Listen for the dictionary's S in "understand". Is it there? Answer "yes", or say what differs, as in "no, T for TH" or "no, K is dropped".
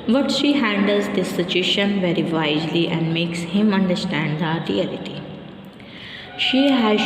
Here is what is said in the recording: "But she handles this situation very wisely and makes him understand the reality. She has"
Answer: yes